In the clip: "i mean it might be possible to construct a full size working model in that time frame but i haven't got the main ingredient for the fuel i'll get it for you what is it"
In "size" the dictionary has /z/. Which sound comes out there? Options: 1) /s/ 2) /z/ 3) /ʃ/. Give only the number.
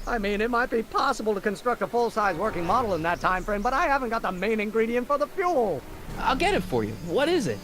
2